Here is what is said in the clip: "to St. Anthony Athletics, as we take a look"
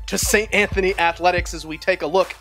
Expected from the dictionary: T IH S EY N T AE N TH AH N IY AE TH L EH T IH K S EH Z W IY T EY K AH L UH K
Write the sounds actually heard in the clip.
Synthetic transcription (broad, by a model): T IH S EY N T AE N TH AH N IY AE TH L EH T IH K S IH Z W IY T EY K AH L UH K